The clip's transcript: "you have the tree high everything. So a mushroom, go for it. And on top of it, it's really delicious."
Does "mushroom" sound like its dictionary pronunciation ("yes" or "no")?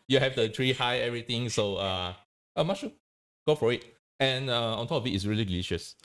no